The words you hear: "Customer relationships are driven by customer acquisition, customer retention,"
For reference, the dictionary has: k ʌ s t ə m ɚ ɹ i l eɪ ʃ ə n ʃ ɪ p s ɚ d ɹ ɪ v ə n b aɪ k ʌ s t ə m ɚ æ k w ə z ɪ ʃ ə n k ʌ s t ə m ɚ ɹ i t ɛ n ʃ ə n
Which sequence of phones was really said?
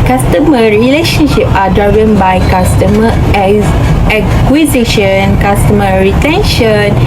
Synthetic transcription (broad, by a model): k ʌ s t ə m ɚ ɹ i l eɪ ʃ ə n ʃ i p ɑ d ɹ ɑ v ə n b aɪ k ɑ s t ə m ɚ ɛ k w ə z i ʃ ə n k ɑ s t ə m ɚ ɹ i t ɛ n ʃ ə n